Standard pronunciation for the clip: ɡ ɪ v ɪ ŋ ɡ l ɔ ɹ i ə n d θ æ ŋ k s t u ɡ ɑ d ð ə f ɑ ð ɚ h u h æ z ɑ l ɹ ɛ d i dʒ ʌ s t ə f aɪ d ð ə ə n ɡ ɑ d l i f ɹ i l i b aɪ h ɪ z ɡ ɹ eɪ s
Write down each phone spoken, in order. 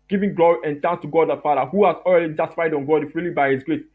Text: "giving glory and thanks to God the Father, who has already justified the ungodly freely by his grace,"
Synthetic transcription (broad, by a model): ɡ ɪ v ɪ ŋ ɡ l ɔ ɹ i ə n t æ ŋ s t u ɡ ɑ d ð ə f ɑ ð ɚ h u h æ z ɑ l ɹ ɛ d i dʒ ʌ s t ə f aɪ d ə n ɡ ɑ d i f ɹ i l i b aɪ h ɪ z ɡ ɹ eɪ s